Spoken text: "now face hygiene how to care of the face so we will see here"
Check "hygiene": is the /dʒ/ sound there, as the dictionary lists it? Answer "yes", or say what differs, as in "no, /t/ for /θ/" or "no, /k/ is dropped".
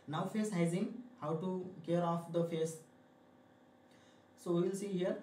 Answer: no, /z/ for /dʒ/